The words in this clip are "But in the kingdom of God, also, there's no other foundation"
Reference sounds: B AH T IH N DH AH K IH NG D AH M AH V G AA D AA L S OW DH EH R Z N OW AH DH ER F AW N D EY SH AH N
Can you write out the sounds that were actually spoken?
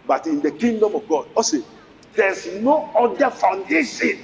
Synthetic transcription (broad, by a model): B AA T IH N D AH K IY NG D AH M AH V G AA D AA S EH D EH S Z N OW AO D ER F AW N D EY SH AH N